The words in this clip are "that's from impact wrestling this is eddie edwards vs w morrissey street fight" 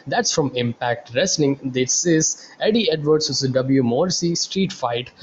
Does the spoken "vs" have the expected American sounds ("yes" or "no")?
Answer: no